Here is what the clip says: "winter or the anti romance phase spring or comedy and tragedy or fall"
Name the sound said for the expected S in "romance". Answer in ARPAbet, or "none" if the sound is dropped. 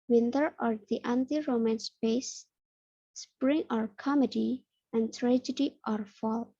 S